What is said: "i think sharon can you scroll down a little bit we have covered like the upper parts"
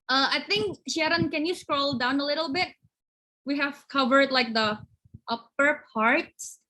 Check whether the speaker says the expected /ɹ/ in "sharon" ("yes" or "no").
yes